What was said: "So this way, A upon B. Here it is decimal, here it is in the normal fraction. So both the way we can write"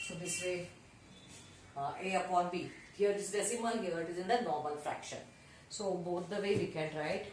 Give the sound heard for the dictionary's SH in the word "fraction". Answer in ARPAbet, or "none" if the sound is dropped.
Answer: SH